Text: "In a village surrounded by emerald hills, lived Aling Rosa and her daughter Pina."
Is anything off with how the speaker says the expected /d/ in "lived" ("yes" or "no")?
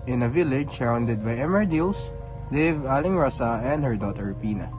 yes